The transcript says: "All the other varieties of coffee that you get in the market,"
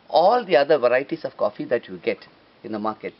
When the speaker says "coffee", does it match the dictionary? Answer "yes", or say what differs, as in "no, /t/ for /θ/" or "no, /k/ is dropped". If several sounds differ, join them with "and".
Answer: yes